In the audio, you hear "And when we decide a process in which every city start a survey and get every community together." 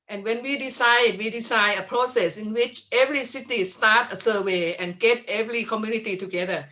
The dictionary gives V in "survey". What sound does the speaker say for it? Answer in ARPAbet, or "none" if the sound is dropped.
W